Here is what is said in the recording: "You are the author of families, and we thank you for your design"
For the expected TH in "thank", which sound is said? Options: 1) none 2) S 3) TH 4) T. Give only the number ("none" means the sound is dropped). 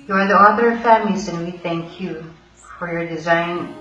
3